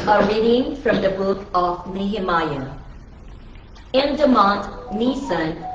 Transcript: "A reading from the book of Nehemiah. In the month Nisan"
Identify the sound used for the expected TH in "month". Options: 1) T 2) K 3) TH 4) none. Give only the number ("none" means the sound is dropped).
1